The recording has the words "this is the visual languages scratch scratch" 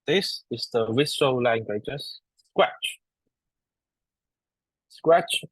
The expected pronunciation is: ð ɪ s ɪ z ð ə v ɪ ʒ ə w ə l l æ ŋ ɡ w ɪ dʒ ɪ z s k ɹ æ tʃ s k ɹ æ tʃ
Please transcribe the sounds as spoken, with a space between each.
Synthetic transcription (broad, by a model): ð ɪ s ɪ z ð ə w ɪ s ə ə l l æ ŋ ɡ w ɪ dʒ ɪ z s k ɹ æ tʃ s k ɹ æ tʃ